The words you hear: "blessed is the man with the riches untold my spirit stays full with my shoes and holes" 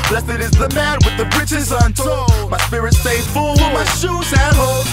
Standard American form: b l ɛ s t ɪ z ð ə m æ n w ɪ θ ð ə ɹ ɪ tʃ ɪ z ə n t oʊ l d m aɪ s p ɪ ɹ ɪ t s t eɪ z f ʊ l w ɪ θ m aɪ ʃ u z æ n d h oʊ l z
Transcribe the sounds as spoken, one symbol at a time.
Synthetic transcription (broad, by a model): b l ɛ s t ɪ z ð ə m æ n w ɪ ð ə ɹ ɪ tʃ ɪ z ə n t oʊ m aɪ s p ɪ ɹ ɪ t s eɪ f ʊ l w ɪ m aɪ ʃ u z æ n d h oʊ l